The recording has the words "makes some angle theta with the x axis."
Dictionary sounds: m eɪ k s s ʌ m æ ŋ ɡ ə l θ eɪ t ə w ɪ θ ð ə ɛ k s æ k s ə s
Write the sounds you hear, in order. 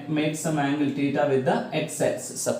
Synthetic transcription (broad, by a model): m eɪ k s s ʌ m æ ŋ ɡ ə l t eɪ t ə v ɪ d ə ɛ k s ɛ s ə